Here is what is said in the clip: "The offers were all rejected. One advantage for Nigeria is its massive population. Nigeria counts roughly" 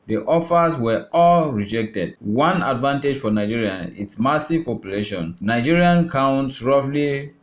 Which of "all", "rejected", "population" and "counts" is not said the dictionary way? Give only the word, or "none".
none